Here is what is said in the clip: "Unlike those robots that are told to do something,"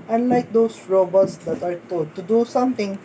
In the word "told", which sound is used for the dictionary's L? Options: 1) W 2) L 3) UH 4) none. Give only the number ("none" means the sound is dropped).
4